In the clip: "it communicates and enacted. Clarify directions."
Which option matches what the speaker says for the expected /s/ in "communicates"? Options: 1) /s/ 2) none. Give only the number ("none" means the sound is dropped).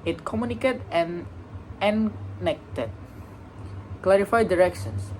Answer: 2